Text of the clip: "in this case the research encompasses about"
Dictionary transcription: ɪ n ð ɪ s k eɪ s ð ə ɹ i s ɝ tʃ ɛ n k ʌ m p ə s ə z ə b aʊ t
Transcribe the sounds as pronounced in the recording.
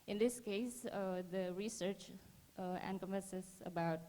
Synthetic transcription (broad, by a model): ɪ n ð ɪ s k eɪ s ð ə ɹ i s ɝ tʃ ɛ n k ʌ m ə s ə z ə b aʊ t